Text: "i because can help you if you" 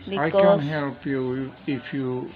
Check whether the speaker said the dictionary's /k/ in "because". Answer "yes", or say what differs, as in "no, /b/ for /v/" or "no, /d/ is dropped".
no, /k/ is dropped